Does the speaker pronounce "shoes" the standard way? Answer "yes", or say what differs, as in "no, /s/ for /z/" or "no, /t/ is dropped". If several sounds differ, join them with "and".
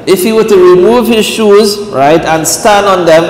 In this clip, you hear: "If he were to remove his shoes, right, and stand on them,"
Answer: yes